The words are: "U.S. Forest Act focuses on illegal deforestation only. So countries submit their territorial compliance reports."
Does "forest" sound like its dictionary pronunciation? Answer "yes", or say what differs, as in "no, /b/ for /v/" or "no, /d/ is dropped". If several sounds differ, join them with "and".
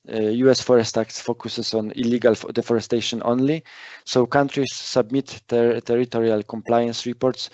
yes